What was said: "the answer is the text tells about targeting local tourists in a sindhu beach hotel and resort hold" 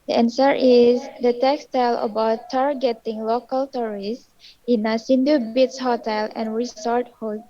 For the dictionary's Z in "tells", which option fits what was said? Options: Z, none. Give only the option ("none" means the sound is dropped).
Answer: none